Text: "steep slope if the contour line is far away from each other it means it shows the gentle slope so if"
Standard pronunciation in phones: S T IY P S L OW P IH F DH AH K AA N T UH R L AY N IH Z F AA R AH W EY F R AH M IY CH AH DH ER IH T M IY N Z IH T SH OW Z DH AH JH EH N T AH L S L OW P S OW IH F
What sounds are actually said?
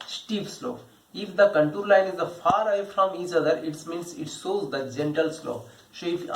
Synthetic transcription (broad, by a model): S T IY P S L OW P IH F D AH K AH N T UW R L AY N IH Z F AA R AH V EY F R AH M IY CH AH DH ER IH T M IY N S IH T S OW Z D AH JH EH N T AH L S L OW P S OW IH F